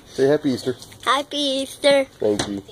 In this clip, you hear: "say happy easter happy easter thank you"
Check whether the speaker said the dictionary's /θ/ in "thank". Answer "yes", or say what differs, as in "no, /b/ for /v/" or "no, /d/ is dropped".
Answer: no, /t/ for /θ/